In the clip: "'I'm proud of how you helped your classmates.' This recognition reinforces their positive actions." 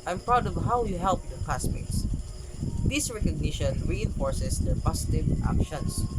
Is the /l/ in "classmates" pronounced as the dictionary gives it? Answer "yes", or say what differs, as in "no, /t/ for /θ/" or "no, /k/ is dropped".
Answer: no, /l/ is dropped